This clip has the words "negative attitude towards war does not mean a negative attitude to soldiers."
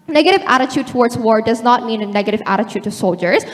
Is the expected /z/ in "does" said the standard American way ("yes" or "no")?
yes